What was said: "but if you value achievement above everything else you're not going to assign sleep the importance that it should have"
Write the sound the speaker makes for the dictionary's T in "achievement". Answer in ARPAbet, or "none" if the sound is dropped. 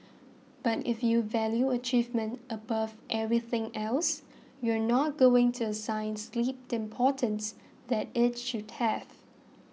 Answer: T